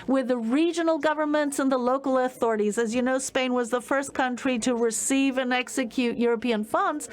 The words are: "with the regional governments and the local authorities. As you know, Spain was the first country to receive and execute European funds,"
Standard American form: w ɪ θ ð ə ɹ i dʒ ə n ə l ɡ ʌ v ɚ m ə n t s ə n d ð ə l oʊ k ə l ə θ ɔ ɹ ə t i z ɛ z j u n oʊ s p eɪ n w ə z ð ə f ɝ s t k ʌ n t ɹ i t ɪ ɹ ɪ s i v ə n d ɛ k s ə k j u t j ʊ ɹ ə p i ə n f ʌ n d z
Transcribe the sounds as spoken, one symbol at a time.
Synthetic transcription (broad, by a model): w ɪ ð ə ɹ i dʒ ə n l ɡ ʌ v ɚ m ə n t s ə n ð ə l oʊ k l ə θ ɔ ɹ ə t i z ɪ z j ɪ n oʊ s p eɪ n w ə z ð ə f ɝ s k ʌ n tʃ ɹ i t ɪ ɹ ɪ s i v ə n ɛ k s ə k j u t j ʊ ɹ ə p i ə n f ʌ n d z